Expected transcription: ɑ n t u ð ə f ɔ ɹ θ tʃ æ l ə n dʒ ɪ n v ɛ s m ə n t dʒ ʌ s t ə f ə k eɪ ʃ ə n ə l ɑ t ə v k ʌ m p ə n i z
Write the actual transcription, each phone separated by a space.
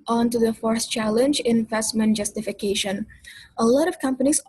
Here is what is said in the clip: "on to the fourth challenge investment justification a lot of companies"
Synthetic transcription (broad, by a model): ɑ n t u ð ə f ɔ ɹ s tʃ æ l ə n dʒ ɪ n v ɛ s m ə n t dʒ ʌ s t ə f ə k eɪ ʃ ə n ə l ɑ t ə v k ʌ m p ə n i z